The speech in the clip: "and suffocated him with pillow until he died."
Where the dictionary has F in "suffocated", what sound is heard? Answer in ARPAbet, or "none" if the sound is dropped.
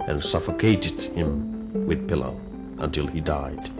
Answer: F